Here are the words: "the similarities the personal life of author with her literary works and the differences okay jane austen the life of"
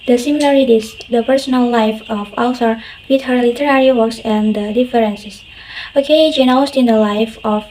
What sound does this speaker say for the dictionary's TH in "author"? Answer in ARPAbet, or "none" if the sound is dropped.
S